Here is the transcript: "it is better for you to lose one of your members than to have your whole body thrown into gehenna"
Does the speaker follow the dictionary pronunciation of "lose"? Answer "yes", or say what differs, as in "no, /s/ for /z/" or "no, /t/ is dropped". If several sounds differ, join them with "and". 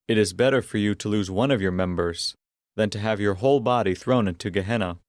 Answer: yes